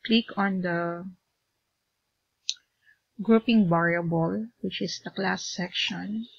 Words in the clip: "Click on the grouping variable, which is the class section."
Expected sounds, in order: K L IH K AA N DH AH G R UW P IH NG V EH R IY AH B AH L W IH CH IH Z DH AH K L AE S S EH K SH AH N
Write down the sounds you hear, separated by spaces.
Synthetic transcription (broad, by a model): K L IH K AA N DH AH G R UW P IH NG B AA R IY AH B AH L W IH CH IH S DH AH K L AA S S EH K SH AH N